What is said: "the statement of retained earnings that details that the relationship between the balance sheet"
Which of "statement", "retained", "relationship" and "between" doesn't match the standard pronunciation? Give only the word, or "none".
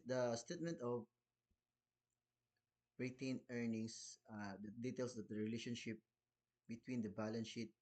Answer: retained